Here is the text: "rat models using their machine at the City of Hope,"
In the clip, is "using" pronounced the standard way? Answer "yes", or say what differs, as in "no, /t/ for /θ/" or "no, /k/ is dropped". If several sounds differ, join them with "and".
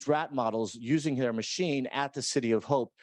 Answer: yes